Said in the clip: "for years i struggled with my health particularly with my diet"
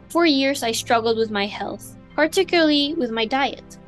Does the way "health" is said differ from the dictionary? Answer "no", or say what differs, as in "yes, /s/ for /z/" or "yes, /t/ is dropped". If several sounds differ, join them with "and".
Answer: no